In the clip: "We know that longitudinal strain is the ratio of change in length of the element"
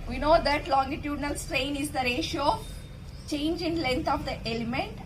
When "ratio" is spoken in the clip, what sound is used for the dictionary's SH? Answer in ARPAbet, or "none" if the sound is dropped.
SH